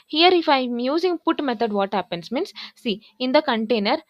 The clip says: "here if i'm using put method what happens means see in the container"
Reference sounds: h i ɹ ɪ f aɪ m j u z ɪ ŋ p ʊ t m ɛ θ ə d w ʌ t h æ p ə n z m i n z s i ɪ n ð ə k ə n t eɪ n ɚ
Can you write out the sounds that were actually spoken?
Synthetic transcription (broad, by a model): h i ɹ ɪ f aɪ m j u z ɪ ŋ p ʊ t m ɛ t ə d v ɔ t h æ p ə n s m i n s s i ɪ n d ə k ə n t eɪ n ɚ